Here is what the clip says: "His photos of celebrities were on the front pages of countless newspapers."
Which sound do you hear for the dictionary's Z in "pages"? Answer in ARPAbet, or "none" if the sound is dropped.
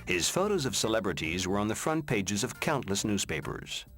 Z